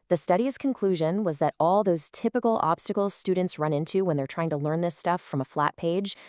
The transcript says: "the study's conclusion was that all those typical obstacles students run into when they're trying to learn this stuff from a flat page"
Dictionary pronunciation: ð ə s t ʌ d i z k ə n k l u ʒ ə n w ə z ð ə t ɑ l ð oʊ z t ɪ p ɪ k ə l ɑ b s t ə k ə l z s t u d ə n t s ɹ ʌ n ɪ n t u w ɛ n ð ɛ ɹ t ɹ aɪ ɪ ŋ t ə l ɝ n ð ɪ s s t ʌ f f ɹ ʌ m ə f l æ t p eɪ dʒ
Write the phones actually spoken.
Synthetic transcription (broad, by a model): ð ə s t ʌ d i z k ə n k l u ʒ ə n w ə z ð ə t ɑ l ð oʊ z t ɪ p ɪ k l ɑ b s t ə k l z s t u d n t s ɹ ʌ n ɪ n t u w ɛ n ð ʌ ɹ t ɹ aɪ ɪ ŋ t ə l ɝ n ð ɪ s s t ʌ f f ɹ ʌ m ə f l æ t p eɪ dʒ